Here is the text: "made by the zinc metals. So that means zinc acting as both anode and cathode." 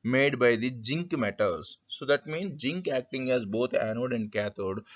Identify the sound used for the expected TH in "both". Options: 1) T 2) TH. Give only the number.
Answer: 1